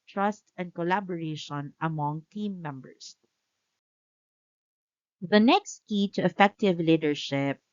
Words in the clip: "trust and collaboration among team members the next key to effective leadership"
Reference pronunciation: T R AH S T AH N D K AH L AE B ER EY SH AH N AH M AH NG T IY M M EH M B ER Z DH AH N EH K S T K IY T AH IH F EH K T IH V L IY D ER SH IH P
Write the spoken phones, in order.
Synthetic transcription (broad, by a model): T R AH S T AH N D K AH L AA B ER EY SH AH N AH M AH NG T IY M M EH M B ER S DH AH N EH K S T K IY T AH IH F EH K T IH V L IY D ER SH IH P